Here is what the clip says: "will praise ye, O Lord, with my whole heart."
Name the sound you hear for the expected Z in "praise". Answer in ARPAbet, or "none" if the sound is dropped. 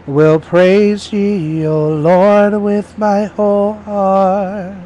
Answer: Z